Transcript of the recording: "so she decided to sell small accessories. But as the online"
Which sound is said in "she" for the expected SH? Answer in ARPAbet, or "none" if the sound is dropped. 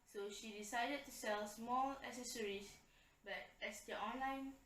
SH